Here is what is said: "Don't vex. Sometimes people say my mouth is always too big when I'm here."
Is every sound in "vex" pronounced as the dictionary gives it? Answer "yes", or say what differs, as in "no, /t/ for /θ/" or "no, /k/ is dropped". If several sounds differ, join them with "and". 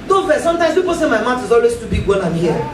no, /f/ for /v/